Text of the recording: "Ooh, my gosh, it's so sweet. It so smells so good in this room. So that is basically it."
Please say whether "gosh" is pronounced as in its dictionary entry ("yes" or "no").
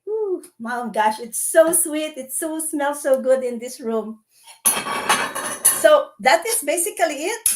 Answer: yes